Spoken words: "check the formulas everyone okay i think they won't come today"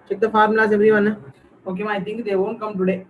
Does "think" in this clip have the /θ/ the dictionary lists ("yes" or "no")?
no